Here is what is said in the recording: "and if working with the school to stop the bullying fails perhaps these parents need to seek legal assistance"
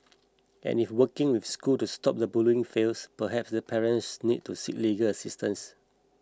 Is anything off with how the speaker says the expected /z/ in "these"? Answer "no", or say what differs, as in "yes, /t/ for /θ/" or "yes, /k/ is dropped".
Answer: yes, /z/ is dropped